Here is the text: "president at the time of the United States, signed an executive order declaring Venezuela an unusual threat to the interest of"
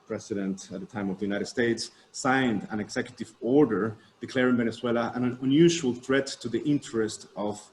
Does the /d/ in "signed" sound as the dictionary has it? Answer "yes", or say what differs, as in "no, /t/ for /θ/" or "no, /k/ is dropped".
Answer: yes